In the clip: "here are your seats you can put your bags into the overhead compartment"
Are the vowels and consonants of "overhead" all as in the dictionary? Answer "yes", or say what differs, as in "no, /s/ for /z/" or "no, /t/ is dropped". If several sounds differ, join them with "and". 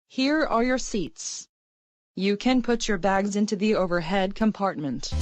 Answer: yes